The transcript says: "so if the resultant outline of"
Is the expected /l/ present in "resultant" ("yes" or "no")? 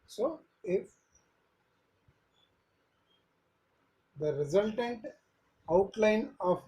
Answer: yes